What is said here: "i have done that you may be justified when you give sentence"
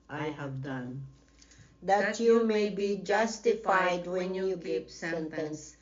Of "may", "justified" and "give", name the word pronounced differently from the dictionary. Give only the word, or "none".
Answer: give